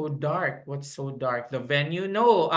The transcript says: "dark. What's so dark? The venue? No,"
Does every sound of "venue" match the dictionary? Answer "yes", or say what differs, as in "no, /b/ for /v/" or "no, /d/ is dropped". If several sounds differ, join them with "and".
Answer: yes